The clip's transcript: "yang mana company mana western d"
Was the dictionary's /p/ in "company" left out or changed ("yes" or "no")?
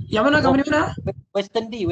yes